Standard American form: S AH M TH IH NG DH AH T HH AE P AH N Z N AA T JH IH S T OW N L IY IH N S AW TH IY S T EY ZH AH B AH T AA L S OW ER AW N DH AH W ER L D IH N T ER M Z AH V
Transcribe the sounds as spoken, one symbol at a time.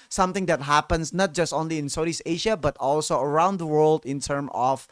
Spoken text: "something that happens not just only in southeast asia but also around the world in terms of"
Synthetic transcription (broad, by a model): S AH M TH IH NG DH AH T HH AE P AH N S N AA T JH IH S T OW N L IY IH N S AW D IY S EY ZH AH B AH T AA L S OW ER AW N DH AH W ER L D IH N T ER M AH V